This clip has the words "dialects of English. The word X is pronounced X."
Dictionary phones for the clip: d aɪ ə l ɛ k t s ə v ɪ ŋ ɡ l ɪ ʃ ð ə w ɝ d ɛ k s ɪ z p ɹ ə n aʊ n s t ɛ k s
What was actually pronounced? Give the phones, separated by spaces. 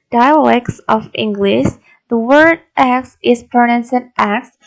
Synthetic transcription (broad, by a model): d aɪ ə l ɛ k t s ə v ɪ ŋ ɡ l ɪ ʃ ð ə w ɝ d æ k s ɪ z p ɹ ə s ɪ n t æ k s